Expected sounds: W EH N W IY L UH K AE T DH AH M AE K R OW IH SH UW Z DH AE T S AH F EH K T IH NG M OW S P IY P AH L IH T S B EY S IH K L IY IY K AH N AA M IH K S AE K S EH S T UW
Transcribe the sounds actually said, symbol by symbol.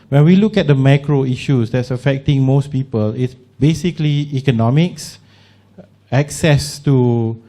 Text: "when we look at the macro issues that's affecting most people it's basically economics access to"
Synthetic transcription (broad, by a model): W EH N W IY L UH K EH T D AH M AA K R OW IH SH UW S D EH T S AH F EH K T IH NG M OW S P IY P AH L IH T S B EY S IH K L IY IY K AH N AA M IH K S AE K S EH S T UW